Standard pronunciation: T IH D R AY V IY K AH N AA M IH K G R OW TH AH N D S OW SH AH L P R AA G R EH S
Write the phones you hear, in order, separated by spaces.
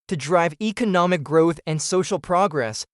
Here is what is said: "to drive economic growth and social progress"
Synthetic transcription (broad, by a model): T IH D R AY V IY K AH N AA M IH K G R OW TH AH N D S OW SH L P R AA G R EH S